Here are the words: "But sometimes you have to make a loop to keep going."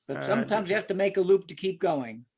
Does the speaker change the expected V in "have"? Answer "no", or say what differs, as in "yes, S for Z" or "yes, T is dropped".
yes, F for V